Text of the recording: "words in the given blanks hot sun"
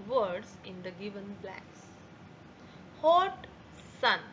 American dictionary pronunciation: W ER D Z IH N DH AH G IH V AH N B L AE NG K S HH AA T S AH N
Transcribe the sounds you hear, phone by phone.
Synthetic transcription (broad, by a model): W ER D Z IH N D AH G IH V AH N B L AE K S HH AA T S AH N